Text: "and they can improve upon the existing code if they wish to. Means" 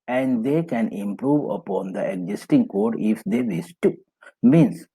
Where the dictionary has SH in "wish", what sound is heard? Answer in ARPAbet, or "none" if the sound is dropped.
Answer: S